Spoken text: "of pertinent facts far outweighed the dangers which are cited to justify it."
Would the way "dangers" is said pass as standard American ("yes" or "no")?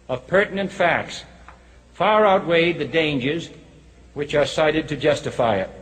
yes